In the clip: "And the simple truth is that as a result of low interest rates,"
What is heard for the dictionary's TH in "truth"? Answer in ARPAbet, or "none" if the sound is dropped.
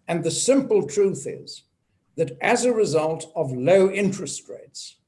TH